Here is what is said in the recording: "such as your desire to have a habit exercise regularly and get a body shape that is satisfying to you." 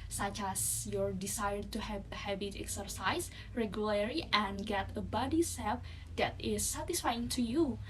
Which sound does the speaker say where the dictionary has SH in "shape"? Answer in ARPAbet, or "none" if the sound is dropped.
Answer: S